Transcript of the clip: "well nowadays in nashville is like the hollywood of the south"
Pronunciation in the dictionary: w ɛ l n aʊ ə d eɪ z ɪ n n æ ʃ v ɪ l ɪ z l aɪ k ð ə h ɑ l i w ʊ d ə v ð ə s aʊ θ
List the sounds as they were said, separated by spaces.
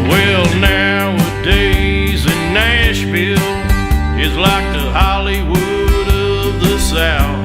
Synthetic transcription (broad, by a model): w ɛ l n aʊ ə d eɪ z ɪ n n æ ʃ f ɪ l ɪ z l aɪ k ð ə h ɑ l i w ʊ d ə v ð ə s aʊ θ